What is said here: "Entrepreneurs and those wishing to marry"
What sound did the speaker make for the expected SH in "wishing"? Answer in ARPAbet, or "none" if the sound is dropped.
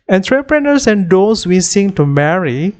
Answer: S